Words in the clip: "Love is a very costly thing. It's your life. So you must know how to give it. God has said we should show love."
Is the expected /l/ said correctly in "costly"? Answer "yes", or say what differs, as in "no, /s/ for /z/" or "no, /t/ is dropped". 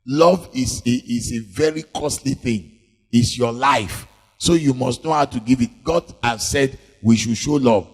yes